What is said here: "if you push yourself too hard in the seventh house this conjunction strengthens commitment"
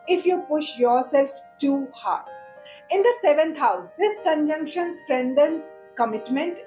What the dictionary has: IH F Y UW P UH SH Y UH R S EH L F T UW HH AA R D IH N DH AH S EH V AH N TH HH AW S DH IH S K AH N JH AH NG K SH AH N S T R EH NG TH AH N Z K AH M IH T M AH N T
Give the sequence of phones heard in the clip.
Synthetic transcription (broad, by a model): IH F Y UW P UH SH Y UH R S EH L F T UW HH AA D IH N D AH S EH V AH N T HH AW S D IH S K AH N JH AH NG K SH AH N S T R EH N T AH N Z K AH M IH T M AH N T